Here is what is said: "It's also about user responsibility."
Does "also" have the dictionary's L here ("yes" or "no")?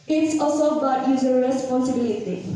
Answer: no